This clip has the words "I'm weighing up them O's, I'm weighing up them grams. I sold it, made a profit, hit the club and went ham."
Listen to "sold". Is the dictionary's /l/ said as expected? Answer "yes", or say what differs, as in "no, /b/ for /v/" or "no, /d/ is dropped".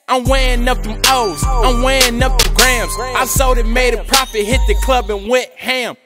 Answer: no, /l/ is dropped